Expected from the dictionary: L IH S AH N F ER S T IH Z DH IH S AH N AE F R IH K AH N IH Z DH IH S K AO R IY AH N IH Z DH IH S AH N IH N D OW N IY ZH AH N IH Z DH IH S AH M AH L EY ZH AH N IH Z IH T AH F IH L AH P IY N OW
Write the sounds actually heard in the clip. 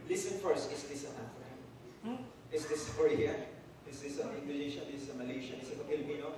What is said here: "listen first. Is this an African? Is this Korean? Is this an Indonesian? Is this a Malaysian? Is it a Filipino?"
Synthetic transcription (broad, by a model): L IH S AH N F ER S T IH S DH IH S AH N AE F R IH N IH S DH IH S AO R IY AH IH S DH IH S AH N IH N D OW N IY SH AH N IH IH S AH M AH L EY SH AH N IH S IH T AH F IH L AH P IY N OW